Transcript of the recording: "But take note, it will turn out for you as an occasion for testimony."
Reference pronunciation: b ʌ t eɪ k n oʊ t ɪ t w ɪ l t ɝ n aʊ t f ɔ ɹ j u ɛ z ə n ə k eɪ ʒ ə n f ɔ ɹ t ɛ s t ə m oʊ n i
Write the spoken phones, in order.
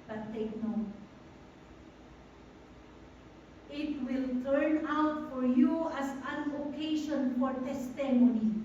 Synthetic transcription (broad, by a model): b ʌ t eɪ k n oʊ t ɪ t w ɪ l t ɝ n aʊ t f ɔ ɹ j u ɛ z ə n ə k eɪ ʃ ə n f ɔ ɹ t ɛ s t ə m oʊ n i